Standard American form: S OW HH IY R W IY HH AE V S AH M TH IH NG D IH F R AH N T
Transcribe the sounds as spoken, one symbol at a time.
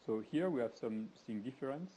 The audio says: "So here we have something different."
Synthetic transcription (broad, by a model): S OW HH IY R W IY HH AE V S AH M S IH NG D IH F R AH N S